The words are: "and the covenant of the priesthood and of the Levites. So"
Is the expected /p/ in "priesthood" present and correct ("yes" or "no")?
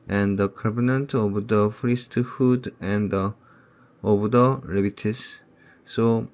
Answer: no